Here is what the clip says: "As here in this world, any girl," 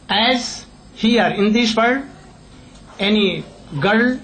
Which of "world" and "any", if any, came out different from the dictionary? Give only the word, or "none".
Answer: world